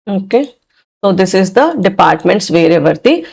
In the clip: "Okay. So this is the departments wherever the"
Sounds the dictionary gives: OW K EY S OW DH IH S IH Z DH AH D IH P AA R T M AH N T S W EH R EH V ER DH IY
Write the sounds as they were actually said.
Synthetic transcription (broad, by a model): OW K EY S OW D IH S IH Z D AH D IH P AA R T M AH N T S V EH R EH V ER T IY